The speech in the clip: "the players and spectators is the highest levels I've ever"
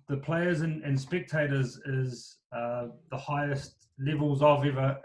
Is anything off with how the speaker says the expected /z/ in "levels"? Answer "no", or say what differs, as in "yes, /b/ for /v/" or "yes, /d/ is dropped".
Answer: no